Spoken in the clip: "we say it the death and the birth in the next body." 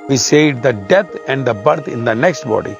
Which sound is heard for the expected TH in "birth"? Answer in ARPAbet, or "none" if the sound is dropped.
T